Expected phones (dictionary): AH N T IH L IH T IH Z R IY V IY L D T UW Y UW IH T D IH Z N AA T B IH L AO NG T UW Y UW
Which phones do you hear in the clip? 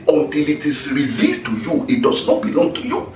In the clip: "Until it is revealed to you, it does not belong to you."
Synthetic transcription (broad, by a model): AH N T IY L IH T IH S R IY V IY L T UW Y UW IH T D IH S N AA T B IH L AO NG T UW Y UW